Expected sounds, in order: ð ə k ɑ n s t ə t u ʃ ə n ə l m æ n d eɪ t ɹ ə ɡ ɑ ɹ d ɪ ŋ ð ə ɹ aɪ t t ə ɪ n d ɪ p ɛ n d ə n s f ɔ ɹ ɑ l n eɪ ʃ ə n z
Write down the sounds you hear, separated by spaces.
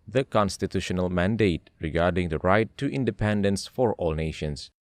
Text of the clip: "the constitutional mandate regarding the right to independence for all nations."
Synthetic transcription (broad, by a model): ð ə k ɑ n s t ə t u ʃ ə n ə l m æ n d eɪ t ɹ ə ɡ ɑ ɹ d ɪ ŋ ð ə ɹ aɪ t t ɪ n d ɪ p ɛ n d ə n s f ɔ ɹ ɑ l n eɪ ʃ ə n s